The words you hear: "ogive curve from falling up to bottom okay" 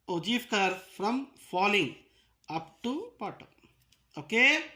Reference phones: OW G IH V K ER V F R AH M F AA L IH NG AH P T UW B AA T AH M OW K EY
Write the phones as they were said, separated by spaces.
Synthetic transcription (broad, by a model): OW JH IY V K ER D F R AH M F AA L IH NG AH P T UW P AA T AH OW K EY